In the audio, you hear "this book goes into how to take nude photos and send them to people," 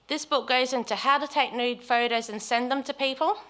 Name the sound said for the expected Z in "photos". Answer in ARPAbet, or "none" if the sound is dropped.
Z